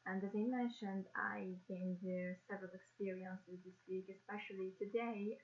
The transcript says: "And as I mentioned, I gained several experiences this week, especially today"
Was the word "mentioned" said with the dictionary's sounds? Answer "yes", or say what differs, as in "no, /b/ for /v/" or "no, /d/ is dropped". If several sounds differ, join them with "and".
yes